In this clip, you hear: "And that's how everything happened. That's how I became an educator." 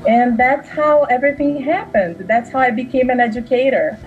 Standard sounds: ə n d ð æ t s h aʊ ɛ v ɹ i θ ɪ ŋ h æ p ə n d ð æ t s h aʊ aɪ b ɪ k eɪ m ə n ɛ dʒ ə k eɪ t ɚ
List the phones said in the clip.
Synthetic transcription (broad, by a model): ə n ð æ t s h aʊ ɛ v ɹ i θ ɪ ŋ h æ p ə n d ð æ t s h aʊ aɪ b ɪ k eɪ m ə n ɛ dʒ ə k eɪ t ɚ